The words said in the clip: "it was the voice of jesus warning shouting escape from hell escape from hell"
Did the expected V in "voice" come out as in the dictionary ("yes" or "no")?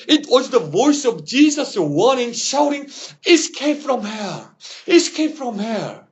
yes